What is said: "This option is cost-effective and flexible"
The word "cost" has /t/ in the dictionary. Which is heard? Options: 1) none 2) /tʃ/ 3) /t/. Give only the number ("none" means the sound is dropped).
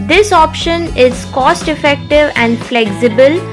3